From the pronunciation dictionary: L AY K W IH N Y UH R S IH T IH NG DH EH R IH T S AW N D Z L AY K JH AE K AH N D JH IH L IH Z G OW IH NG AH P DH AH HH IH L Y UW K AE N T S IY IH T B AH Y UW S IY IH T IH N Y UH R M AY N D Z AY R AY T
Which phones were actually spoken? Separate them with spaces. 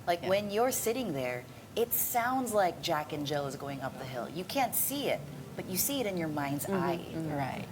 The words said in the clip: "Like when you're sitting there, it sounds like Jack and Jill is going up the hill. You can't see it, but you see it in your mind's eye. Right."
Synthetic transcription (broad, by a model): L AY K W IH N Y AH R S IH T IH NG DH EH R IH T S AW N D Z L AY K JH AE K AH N JH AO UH IH Z G OW IH NG AH P DH AH HH IH L Y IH K AE N T S IY IH T B AH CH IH S IY IH T IH N Y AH R M AY N D Z AY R AY T